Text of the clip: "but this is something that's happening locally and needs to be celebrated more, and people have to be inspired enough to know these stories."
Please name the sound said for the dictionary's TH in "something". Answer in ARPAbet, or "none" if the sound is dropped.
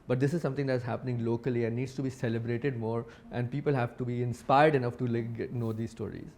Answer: T